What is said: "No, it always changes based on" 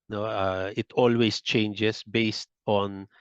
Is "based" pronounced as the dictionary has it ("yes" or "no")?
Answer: yes